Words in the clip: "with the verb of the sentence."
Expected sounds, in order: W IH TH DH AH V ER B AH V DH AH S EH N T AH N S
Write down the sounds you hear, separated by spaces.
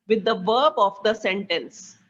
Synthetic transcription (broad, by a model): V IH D AH V ER B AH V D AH S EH N T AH N S